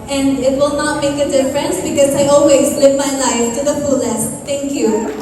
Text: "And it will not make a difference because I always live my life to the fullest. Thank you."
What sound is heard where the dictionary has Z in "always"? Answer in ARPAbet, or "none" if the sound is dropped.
Z